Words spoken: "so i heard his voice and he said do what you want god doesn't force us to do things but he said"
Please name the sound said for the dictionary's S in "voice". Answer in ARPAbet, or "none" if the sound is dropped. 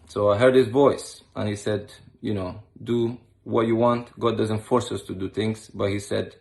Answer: S